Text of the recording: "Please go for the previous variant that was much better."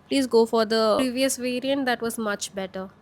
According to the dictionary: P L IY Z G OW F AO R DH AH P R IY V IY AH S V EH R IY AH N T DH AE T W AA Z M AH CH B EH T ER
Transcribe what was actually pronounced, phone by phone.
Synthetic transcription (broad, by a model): P L IY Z G OW F AO R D AH R IY V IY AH S V EH R IY AH N T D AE T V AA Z M AH CH B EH T ER